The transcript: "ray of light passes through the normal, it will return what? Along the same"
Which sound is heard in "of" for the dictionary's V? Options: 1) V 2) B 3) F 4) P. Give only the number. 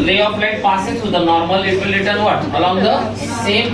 4